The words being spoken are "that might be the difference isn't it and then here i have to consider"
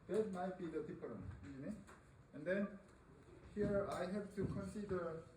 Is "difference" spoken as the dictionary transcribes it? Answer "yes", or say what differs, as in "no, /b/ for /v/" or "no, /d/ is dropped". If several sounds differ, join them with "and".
no, /p/ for /f/ and /s/ is dropped